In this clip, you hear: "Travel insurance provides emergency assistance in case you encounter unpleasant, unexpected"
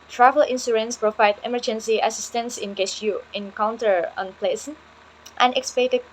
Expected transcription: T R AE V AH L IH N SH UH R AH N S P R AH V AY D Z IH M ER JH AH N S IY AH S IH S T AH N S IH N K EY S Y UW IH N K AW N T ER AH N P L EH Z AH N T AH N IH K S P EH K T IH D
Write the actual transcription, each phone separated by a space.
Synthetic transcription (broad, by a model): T R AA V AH L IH N S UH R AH N S P R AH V AY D IH M ER JH AH N S IY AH S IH S T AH N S IH N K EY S Y UW IH N K AW N T ER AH N P L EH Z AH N T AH N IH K S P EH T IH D